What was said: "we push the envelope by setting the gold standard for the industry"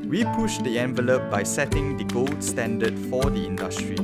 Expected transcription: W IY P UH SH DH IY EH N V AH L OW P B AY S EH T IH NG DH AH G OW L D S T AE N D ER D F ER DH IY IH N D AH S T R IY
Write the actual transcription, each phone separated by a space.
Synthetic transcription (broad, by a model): W IY P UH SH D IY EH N V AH L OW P B AY S EH T IH NG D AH G OW L D S T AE N D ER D F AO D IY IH N D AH S T R IY